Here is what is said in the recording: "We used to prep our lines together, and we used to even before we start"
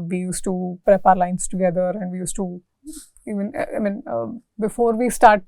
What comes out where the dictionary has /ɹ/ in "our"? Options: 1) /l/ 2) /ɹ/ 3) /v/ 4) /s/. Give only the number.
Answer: 2